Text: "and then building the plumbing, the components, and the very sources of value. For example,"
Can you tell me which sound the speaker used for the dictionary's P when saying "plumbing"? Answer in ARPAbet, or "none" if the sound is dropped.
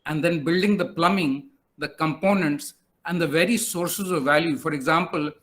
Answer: P